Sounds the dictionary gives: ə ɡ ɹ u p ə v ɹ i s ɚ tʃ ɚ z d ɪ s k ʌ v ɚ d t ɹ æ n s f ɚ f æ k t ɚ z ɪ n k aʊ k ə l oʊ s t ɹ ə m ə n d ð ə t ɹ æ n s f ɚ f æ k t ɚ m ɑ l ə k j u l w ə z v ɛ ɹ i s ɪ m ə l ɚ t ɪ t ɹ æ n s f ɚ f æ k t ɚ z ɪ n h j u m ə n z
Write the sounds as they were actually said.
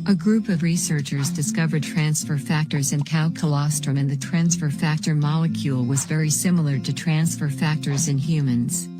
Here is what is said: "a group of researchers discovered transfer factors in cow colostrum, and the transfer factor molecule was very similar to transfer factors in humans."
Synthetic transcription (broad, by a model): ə ɡ ɹ u p ə v ɹ i s ɚ tʃ ɚ z d ɪ s k ʌ v ɚ d t ɹ æ n s f ɚ f æ k t ɚ z ɪ n k aʊ k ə l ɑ s t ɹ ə m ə n ð ə t ɹ æ n s f ɚ f æ k t ɚ m ɑ l ə k j u l w ə z v ɛ ɹ i s ɪ m l ɚ t ɪ t ɹ æ n s f ɚ f æ k t ɚ z ɪ n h j u m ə n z